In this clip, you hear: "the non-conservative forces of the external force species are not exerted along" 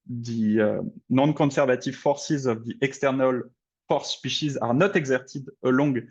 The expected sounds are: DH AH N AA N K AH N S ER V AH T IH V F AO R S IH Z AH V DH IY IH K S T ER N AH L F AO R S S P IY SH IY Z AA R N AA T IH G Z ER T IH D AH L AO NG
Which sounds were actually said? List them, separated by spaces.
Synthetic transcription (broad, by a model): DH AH N AA N K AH S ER V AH T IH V F AO R S IH Z AH V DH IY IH K S T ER N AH L F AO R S S P IY SH IY Z AA R N AA T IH G Z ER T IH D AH L AO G